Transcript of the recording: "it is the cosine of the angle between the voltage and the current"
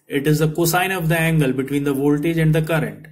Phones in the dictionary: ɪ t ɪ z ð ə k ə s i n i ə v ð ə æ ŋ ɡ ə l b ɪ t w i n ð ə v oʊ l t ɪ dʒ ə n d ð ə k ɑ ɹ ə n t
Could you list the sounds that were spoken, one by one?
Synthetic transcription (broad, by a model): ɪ t ɪ z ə k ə s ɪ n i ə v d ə æ ŋ ɡ ə l b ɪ t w i n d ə v oʊ l t ɪ dʒ ə n d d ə k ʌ ɹ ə n t